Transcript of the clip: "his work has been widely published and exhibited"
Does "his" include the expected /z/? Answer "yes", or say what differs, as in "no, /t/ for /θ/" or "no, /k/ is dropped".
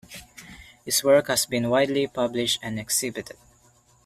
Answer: no, /s/ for /z/